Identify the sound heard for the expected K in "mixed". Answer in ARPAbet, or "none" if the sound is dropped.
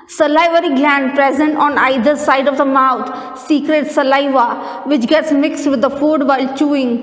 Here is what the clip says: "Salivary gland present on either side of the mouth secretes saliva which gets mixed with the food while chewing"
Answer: K